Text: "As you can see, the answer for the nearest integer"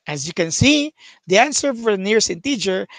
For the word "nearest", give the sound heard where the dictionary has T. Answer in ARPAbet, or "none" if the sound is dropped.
none